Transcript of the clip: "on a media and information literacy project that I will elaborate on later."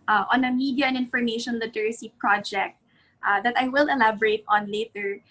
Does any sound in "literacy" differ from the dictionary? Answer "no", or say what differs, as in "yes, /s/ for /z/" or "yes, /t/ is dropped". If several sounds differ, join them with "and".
no